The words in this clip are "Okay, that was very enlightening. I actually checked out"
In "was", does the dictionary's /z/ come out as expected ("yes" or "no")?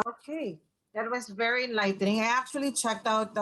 yes